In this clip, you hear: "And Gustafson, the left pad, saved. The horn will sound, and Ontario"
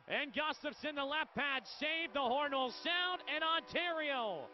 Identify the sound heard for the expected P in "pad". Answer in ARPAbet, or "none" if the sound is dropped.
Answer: P